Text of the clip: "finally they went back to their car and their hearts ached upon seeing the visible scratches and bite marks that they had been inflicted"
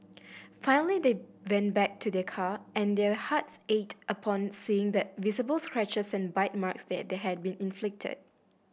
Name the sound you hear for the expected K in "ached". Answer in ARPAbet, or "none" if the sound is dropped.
none